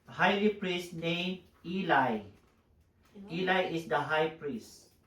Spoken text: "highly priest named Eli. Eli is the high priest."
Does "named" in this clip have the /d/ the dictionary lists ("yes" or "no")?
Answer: no